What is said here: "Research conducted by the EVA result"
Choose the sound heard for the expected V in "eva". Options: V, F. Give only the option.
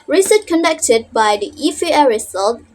F